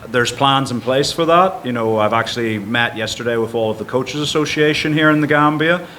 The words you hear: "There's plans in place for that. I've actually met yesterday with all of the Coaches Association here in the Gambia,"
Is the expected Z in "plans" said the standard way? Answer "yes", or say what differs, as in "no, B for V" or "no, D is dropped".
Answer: yes